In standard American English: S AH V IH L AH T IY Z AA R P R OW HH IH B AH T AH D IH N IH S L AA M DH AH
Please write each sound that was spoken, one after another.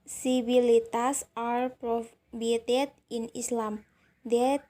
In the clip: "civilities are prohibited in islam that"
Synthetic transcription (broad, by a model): S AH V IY L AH T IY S AA R P R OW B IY AH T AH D IH N IH S L AA M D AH